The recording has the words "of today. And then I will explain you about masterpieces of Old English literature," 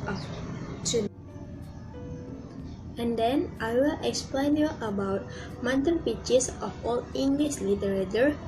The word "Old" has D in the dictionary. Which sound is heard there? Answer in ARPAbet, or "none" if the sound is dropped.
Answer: none